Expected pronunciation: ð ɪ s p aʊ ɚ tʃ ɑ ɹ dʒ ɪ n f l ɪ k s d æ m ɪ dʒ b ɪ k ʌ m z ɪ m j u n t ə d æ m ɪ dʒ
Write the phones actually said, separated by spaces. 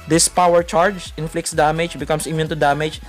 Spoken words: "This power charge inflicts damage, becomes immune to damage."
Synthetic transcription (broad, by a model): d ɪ s p aʊ ɚ tʃ ɑ ɹ dʒ ɪ n f l ɪ k s d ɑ m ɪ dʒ b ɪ k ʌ m s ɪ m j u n t ə d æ m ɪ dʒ